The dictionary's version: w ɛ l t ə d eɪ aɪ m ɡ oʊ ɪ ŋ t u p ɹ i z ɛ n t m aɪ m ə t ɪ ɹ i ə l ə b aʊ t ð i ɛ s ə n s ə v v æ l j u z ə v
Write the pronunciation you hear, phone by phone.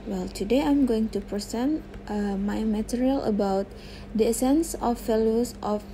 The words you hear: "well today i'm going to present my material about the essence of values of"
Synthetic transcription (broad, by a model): w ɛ l t ə d eɪ aɪ m ɡ oʊ ɪ ŋ t u p ɹ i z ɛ n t m aɪ m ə t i ɹ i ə l ə b aʊ t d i ɛ s ə n s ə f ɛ l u s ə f